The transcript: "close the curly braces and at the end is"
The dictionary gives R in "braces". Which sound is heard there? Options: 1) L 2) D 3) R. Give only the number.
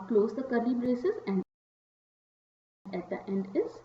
3